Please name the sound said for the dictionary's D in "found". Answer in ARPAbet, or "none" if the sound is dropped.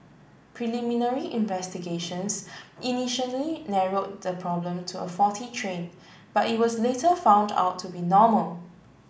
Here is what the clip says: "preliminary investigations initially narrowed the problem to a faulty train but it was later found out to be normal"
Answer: D